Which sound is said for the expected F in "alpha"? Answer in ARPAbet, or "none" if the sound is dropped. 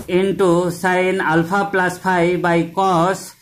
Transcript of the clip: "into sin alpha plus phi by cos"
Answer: P